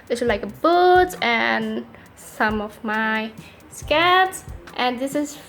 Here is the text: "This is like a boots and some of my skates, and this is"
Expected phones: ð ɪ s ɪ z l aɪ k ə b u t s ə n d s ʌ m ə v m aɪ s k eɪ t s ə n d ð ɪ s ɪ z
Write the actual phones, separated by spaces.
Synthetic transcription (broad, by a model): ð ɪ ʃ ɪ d l aɪ k ə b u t ə n s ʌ m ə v m aɪ s k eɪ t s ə n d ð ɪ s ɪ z